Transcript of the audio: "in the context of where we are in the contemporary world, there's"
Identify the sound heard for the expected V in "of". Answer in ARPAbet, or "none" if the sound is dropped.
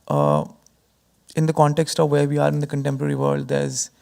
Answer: V